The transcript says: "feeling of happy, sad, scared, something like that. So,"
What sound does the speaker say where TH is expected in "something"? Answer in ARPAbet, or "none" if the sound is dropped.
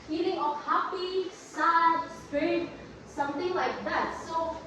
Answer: T